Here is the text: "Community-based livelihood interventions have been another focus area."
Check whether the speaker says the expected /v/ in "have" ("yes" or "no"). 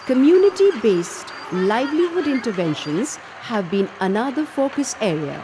yes